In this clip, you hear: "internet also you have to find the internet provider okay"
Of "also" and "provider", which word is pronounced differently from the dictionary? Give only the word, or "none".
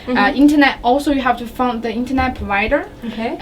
none